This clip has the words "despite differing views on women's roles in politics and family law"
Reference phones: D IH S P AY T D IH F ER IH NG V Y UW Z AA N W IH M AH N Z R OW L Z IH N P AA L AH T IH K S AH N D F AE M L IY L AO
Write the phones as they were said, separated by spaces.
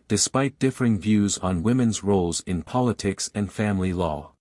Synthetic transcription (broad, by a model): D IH S P AY T D IH F ER IH NG V Y UW Z N W IH M AH N Z R OW L Z IH N P AA L AH T IH K S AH N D F AE M L IY L AO